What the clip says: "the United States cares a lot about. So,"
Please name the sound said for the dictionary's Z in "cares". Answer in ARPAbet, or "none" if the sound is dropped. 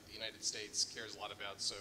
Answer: Z